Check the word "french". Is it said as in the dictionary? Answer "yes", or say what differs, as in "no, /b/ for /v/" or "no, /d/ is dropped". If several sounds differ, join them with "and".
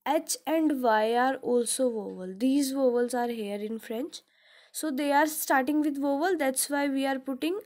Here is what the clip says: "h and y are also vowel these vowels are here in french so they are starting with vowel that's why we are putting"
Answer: yes